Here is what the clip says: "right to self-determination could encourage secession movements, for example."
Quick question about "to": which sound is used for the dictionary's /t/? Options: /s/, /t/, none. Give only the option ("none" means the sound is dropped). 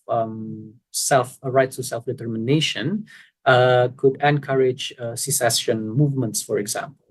/s/